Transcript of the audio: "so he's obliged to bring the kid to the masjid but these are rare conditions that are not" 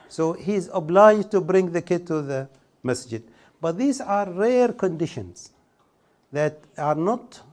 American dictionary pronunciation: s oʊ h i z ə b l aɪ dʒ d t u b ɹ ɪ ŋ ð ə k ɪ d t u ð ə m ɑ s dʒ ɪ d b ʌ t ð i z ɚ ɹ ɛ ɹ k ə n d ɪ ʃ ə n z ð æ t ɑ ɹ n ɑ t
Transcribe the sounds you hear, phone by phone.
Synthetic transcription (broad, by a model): s oʊ h i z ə b l aɪ dʒ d t u b ɹ ɪ ŋ ð ə k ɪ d t u ð ə m ɑ s dʒ ɪ d b ʌ t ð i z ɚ ɹ ɛ ɹ k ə n d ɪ ʃ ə n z ð æ t ɑ ɹ n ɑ t